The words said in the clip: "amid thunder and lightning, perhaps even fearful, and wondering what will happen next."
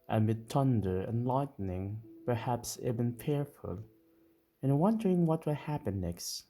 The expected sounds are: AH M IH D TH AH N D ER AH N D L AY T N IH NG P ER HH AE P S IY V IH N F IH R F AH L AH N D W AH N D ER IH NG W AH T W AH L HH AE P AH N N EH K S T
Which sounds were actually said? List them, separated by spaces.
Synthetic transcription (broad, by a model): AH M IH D T AH N D ER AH N L AY T N IH NG P ER HH AE P S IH B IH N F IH R F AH L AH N W AH N D ER IH NG W AH T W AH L HH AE P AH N N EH K S T